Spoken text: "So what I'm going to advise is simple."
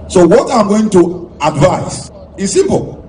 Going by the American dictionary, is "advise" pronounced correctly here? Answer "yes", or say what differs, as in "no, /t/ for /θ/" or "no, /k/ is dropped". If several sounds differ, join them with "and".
no, /s/ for /z/